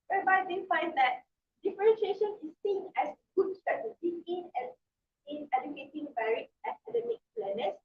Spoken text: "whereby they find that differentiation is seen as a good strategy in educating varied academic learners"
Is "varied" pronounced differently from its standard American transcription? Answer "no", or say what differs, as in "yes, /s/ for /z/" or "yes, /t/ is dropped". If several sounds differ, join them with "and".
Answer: yes, /d/ is dropped